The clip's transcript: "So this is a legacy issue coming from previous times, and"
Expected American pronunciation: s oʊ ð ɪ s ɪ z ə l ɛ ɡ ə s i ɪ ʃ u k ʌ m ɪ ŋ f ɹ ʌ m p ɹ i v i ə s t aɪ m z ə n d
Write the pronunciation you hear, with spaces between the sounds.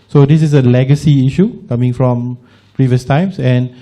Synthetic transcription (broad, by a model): s oʊ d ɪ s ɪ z ə l ɛ ɡ ə s i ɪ ʃ u k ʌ m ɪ ŋ f ɹ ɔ m p ɹ i v i ə s t aɪ m s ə n